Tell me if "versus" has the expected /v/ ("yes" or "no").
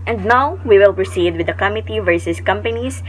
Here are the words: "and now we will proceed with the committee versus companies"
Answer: yes